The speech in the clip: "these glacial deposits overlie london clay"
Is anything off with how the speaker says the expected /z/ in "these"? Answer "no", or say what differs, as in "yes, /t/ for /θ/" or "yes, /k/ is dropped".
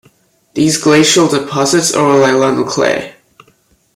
no